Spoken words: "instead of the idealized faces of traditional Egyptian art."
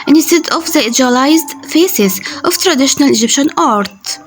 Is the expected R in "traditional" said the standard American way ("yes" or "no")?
yes